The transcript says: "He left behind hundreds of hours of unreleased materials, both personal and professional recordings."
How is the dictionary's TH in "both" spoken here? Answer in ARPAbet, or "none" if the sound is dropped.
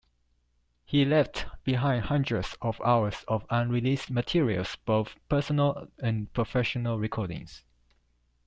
TH